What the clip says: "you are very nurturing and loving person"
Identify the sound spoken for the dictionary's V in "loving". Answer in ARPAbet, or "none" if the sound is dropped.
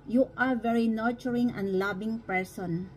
B